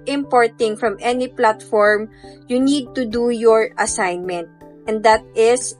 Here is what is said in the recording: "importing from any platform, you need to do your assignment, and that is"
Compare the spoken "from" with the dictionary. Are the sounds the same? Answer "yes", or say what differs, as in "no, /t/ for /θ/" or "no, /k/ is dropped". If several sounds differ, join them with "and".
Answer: yes